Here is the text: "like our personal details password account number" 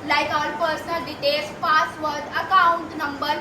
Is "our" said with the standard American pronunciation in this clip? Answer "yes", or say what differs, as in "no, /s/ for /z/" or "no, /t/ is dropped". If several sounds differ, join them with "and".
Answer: no, /l/ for /ɹ/